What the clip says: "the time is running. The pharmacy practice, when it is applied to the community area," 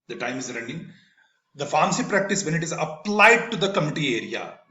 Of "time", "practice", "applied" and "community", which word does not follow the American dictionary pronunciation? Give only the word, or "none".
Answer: community